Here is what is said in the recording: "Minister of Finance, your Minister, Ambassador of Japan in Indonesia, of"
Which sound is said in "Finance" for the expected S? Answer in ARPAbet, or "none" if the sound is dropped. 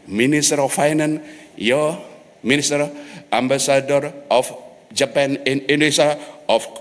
none